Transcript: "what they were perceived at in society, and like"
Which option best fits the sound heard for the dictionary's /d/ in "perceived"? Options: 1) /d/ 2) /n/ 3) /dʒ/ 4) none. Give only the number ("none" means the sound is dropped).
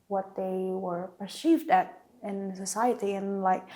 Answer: 1